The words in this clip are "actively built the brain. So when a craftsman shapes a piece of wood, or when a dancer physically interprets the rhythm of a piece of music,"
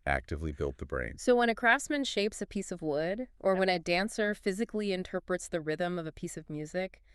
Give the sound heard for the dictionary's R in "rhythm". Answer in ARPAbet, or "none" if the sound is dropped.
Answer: R